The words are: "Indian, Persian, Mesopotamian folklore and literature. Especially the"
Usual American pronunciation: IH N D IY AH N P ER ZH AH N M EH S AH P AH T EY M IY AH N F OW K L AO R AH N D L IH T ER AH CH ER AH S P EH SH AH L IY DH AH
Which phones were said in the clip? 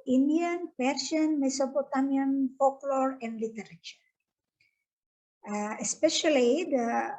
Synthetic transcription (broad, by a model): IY N D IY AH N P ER S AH N M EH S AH P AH T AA M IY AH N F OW K L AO R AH N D L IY T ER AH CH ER AH S P EH SH AH L IY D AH